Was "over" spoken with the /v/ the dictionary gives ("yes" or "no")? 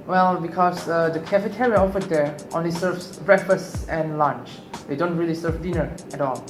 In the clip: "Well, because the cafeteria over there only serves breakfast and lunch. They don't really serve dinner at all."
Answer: no